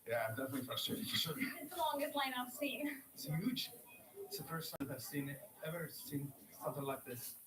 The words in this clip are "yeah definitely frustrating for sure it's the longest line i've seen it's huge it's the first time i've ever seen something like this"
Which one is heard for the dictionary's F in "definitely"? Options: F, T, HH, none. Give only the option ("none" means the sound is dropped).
F